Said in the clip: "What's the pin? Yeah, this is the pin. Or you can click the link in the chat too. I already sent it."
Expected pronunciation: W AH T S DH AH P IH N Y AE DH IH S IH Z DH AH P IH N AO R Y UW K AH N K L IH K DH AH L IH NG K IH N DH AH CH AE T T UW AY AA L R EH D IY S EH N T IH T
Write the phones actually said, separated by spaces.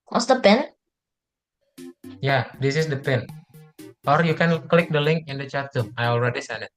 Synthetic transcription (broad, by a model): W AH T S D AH P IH N Y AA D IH S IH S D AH P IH N AO R Y UW K AH N K L IH K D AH L IH NG K IH N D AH CH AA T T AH AY AA L R EH D IY S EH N IH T